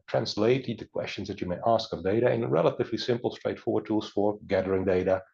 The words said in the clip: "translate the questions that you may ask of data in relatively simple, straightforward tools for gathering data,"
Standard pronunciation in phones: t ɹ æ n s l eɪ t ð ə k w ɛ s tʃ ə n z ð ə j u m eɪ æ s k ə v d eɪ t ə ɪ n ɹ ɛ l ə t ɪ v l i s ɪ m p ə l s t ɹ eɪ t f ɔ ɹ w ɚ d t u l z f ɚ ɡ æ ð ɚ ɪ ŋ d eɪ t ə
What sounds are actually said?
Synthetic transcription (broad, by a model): t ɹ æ n s l eɪ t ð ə k w ɛ s tʃ ə n z ð ə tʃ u m eɪ æ s k ə v d eɪ t ə ɪ n ɹ ɛ l ə t ɪ v l i s ɪ m p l s t ɹ eɪ t f ɔ ɹ w ɚ d t u l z f ɚ ɡ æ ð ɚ ɪ ŋ d eɪ t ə